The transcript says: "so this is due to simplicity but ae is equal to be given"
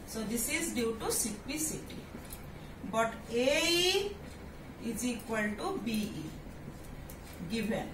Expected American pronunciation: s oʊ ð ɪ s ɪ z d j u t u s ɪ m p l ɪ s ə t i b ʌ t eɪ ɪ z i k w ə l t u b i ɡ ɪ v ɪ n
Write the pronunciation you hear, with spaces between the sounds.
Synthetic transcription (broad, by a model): s oʊ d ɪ s ɪ z d j u t u s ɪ p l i s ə t i b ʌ t eɪ ɪ z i k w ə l t u b i ɡ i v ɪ n